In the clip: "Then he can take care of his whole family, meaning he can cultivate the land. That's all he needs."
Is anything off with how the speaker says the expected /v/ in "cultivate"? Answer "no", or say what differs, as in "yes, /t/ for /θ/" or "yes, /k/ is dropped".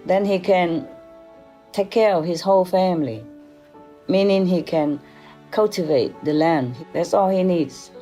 no